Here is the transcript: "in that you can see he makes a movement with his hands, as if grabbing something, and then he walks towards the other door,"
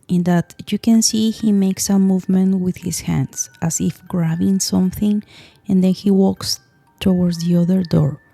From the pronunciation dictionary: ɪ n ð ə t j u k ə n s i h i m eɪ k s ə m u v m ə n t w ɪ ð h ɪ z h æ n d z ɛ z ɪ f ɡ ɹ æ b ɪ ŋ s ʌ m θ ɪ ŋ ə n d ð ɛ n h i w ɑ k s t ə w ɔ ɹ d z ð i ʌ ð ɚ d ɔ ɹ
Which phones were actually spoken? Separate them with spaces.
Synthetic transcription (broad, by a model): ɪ n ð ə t j u k ə n s i h i m eɪ k s ə m u v m ə n t w ɪ ð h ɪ s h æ n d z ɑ s ɪ f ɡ ɹ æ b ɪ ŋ s ʌ m θ ɪ ŋ ə n d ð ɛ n h i w ɑ k s t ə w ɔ ɹ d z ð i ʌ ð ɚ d ɔ ɹ